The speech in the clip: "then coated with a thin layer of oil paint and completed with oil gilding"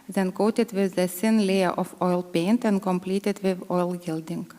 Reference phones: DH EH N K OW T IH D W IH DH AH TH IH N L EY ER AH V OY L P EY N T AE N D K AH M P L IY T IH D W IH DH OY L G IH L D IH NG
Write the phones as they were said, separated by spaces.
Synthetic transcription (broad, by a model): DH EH N K OW T IH D W IH DH AH S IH N L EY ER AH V OY L P EY N T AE N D K AH M P L IY T IH D W IH DH OY L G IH L D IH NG